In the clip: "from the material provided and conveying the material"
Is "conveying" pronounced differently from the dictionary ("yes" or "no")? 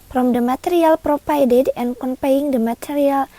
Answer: yes